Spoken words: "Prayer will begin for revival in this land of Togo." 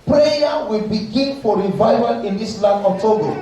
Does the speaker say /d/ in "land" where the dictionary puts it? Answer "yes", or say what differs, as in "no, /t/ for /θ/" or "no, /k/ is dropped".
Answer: no, /d/ is dropped